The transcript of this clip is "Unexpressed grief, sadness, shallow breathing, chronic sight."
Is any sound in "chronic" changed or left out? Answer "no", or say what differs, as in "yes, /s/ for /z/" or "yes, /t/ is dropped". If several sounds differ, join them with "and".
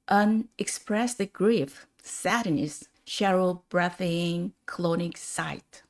yes, /l/ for /ɹ/